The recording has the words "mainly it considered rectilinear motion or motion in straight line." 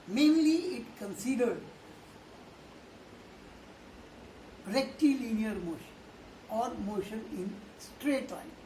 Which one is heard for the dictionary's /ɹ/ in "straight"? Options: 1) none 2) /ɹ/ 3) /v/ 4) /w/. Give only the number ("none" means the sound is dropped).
2